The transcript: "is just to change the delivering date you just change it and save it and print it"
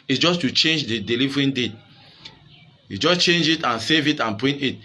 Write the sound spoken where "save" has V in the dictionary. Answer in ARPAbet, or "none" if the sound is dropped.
V